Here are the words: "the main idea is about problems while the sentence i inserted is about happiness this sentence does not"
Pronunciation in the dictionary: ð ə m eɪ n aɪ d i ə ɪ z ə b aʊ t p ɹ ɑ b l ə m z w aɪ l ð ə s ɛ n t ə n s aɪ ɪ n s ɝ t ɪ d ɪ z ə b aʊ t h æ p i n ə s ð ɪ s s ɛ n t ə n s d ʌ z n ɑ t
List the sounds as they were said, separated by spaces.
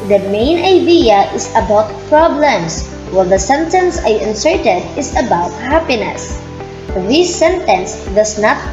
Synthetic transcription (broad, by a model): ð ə m eɪ n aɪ d i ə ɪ s ə b aʊ t p ɹ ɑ b l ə m s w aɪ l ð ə s ɛ n t ə n s aɪ ɪ n s ɝ t ɪ d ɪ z ə b aʊ t h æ p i n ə s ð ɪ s s ɛ n t ə n s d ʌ s n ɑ t